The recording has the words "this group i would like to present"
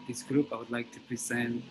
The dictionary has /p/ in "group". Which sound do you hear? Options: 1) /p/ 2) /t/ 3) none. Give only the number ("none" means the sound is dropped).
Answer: 1